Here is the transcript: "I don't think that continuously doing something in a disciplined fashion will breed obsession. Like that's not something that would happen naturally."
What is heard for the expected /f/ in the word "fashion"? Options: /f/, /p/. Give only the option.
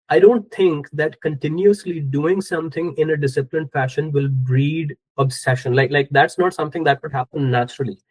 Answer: /f/